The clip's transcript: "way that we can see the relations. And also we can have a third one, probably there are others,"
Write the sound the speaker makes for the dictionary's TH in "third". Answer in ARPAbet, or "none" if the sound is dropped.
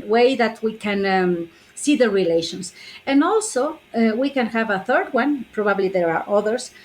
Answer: TH